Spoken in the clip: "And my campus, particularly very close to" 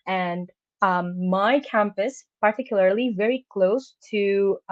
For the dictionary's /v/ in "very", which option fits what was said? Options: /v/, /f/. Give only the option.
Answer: /v/